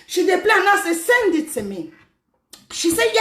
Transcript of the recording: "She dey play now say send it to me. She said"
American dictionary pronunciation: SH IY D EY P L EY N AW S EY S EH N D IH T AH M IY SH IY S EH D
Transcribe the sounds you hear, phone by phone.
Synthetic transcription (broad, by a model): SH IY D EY P L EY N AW S EY S EH N D IH S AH M IY SH IY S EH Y